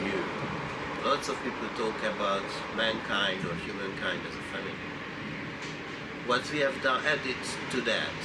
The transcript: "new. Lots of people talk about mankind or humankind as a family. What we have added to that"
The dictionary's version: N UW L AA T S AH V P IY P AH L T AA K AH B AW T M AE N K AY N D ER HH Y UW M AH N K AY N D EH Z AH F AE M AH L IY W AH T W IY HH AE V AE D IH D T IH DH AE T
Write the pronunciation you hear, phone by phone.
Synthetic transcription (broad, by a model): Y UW L AA T S AH V P IY P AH L T AA K AH B AW T M AE N K AY N D ER HH Y UW M AH N K AY N D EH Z AH F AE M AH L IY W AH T W IY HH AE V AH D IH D T IH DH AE T